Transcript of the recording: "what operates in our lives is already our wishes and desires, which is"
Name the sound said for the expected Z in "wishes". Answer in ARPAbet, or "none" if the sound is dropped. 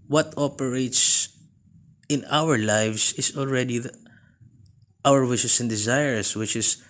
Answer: S